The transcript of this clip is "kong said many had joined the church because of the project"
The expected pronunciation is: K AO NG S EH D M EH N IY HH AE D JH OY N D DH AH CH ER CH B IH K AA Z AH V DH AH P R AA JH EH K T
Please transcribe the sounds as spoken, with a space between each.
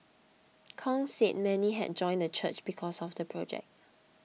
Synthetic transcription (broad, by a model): K AO NG S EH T M EH N IY HH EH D JH OY N D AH CH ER CH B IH K AA S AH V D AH P R AA JH EH K T